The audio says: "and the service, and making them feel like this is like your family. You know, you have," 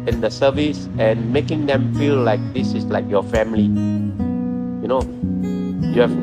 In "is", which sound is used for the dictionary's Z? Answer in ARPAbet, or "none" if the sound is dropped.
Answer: S